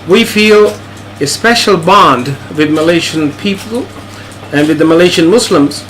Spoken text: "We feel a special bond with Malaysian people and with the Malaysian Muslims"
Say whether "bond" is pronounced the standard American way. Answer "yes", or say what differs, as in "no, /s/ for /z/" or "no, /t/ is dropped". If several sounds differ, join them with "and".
yes